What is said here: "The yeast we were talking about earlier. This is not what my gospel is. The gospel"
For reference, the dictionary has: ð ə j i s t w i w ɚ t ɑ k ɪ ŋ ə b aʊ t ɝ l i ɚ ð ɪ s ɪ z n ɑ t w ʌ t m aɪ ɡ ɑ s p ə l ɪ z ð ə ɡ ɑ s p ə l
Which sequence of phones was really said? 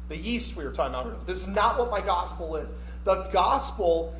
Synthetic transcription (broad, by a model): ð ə i s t w i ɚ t ɑ ɪ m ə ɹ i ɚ ð ɪ s ɪ z n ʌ t w ʌ t m aɪ ɡ ɑ s p l ɪ z ð ə ɡ ɑ s p l